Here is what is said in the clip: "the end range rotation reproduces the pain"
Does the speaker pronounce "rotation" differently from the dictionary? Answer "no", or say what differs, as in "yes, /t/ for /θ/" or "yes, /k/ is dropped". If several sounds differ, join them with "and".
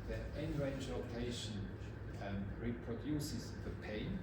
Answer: yes, /l/ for /ɹ/